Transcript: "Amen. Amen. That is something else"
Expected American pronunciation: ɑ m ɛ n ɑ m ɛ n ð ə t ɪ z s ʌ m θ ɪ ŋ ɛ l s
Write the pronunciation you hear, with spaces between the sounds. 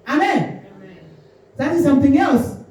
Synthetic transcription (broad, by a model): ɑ ɑ m ɛ n ð ə t ɪ z s ʌ m θ ɪ ŋ ɛ l s